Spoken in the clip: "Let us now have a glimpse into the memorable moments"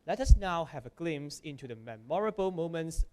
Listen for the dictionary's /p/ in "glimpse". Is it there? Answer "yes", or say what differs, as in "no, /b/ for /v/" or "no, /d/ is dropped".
no, /p/ is dropped